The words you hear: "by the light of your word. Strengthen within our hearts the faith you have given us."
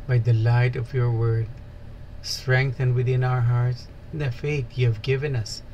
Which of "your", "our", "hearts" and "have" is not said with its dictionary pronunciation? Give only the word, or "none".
none